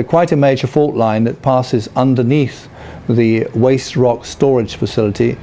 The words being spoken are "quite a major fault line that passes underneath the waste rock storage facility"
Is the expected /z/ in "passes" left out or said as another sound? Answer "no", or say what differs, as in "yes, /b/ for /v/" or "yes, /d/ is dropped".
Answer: no